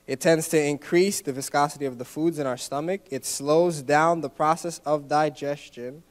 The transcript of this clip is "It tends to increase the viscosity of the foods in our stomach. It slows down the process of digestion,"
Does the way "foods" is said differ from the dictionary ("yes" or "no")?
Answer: no